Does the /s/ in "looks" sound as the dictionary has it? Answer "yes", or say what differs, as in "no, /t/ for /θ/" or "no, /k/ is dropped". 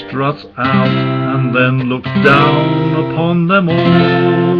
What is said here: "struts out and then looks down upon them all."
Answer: no, /s/ is dropped